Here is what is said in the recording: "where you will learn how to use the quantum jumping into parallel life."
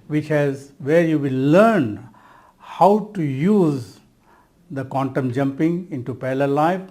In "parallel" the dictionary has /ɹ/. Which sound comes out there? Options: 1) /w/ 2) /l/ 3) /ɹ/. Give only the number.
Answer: 2